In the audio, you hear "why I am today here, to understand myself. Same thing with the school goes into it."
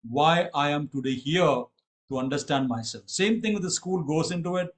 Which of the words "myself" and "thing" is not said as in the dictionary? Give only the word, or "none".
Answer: thing